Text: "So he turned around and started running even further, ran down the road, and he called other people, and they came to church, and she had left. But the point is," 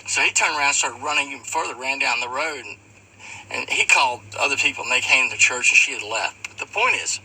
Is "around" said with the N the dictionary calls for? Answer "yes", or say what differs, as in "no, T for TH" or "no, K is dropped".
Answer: no, N is dropped